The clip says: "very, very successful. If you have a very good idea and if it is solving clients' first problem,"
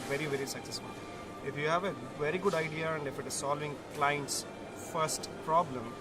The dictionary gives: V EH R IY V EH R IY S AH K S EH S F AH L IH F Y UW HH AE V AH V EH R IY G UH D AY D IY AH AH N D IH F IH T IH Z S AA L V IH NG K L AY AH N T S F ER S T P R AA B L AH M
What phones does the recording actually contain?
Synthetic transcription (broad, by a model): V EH R IY V EH R IY S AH K S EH S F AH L IH F Y UW HH AE V AH V EH R IY G UH D AY D IY AH AH N D IH F IH T IH Z S AA L V IH NG K L AY AH N T S F ER S T P R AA B L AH M